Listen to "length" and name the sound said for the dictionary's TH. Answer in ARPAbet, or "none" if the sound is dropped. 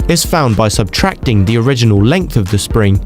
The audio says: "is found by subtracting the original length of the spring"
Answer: TH